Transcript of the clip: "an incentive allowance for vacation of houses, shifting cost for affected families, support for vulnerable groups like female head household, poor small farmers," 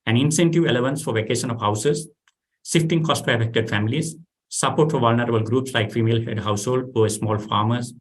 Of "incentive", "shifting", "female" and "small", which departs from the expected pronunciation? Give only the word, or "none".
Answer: shifting